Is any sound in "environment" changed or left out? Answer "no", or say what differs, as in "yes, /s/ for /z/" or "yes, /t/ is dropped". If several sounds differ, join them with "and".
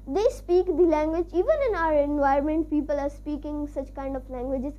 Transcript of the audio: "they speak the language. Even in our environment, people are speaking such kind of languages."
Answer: yes, /ɹ/ is dropped